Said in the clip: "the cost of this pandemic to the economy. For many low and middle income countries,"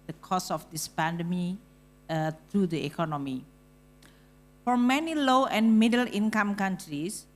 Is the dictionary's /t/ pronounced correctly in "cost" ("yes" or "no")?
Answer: no